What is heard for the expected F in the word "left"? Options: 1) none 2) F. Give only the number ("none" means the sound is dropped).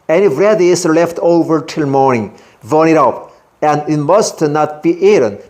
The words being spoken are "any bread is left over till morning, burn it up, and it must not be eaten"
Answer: 2